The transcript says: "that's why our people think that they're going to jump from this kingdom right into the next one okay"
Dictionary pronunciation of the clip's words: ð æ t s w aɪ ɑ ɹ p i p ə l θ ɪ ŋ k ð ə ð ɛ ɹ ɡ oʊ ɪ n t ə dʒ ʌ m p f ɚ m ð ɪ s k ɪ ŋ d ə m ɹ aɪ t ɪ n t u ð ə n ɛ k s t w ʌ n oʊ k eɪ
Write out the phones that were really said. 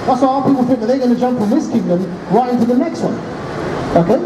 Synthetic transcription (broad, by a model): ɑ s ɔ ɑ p i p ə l f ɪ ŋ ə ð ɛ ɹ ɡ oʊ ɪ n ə dʒ ʌ m p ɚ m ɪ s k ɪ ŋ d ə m ɹ aɪ t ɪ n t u ð ə n ɛ k s t w ʌ n oʊ k eɪ